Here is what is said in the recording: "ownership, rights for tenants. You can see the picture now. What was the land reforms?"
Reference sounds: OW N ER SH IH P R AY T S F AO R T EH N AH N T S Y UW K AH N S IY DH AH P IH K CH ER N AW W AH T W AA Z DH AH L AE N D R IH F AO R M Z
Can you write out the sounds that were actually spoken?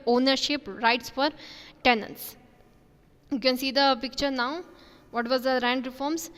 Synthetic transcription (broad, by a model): OW N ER SH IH P R AY T S F AO R T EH N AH N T S Y UW K AH N S IY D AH P IH K CH ER N AW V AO T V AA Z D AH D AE N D R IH F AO R M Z